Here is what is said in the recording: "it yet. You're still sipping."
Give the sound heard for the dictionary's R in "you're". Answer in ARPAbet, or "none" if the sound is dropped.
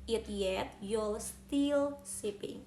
L